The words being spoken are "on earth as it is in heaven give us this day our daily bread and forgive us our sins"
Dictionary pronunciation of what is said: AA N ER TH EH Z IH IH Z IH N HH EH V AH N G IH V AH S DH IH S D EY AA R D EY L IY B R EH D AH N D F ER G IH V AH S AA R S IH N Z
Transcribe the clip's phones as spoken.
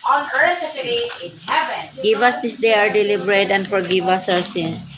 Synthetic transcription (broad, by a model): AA N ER S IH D IH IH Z IH N HH EH V AH N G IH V AH S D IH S D EY AA R D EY L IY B R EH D AH N D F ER G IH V AH S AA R S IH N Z